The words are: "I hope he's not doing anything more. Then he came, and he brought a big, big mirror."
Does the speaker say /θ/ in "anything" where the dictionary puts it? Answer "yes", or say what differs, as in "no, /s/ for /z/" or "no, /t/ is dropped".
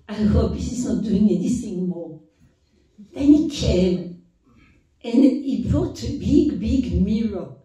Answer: no, /s/ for /θ/